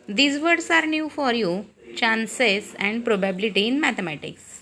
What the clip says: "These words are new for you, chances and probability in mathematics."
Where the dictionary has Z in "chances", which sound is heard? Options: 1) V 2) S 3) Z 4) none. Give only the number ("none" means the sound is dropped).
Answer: 2